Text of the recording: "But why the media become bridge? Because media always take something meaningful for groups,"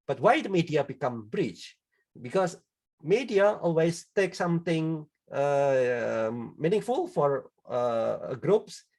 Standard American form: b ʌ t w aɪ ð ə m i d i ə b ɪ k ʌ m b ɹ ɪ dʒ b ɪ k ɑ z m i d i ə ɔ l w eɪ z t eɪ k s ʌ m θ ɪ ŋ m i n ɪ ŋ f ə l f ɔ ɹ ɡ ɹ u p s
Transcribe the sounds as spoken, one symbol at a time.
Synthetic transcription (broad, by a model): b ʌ t w aɪ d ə m i d i ə b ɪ k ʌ m b ɹ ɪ tʃ b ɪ k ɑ s m i d i ə ɔ l w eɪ s t eɪ k s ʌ m t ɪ ŋ m i n ɪ ŋ f ə l f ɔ ɹ ɡ ɹ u p s